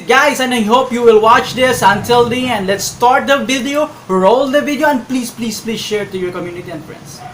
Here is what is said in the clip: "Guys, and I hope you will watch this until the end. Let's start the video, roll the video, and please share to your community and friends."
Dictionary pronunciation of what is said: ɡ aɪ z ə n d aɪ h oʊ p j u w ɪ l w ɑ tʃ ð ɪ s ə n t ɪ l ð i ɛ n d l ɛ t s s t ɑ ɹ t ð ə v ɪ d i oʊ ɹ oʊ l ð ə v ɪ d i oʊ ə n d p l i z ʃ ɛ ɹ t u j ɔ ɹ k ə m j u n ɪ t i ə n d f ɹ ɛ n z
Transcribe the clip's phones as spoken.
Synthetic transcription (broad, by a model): ɡ aɪ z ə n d aɪ h oʊ p j u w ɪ l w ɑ tʃ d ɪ s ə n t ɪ l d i ɛ n d l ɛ t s s t ɑ ɹ t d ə v ɪ d i oʊ ɹ oʊ l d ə v ɪ d i oʊ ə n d p l i z ʃ ɛ ɹ t u j ɔ ɹ k ə m j u n ɪ t i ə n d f ɹ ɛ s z